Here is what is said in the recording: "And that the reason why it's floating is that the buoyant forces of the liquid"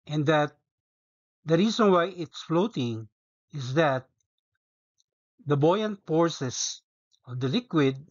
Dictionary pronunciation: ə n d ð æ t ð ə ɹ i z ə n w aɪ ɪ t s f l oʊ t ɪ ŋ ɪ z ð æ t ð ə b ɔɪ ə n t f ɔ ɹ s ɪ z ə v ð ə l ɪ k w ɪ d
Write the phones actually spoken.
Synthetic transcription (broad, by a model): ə n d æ t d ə ɹ i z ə n w aɪ ɪ t s f l oʊ t ɪ ŋ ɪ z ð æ t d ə b ɔɪ ə n t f ɔ ɹ s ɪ s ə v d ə l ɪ k w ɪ d